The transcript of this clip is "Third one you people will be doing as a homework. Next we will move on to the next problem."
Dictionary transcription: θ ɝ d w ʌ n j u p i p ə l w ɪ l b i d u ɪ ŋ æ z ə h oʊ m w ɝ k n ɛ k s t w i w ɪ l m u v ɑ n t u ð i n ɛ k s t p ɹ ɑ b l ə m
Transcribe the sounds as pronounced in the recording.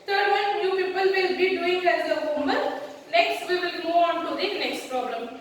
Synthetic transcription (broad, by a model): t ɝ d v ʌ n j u p i p ə l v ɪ l b i d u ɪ ŋ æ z ə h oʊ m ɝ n n ɛ k s t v i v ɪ l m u ɑ n t u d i n ɛ k s t p ɹ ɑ b l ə m